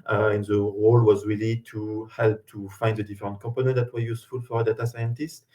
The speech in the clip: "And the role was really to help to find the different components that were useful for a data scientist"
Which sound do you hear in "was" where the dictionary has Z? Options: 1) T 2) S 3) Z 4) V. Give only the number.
3